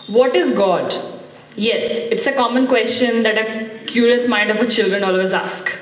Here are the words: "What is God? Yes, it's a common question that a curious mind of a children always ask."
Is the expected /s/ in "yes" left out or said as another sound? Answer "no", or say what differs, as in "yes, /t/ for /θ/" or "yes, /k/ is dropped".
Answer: no